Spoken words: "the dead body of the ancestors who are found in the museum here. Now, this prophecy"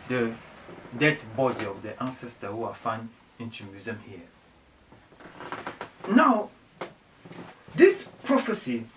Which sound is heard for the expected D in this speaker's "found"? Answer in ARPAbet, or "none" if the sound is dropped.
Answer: none